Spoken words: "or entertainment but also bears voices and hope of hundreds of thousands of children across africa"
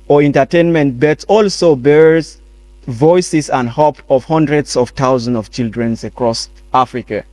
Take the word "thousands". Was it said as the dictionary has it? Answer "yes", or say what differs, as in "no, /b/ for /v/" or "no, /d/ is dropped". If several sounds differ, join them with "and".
no, /t/ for /θ/